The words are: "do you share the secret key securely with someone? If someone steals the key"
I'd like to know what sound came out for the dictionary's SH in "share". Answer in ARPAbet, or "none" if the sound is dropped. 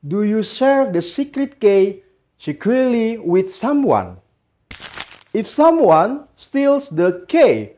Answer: S